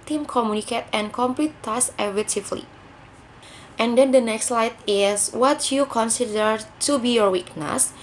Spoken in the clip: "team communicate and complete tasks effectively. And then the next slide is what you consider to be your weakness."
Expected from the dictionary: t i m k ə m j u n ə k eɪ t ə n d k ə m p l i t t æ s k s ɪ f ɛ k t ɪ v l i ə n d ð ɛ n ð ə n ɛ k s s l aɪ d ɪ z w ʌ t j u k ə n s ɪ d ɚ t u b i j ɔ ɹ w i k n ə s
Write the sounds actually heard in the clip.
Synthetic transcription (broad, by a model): t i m k ə m j u n ə k eɪ t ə n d k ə m p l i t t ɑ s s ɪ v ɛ t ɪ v l i ə n d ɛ n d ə n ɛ k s s l aɪ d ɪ s w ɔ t j u k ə n s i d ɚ t u b i j ɔ ɹ w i k n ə s